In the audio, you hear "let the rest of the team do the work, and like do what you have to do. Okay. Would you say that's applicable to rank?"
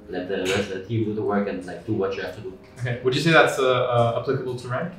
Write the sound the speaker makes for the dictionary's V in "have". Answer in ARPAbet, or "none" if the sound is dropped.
F